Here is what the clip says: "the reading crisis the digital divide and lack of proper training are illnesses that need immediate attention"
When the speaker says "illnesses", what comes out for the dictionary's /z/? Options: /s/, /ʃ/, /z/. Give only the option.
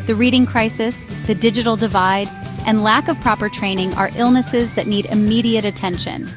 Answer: /z/